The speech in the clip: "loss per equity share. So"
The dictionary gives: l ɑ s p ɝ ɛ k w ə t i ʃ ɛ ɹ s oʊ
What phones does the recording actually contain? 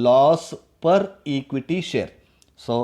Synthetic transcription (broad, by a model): l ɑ s p ɝ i k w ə t i ʃ ɛ ɹ s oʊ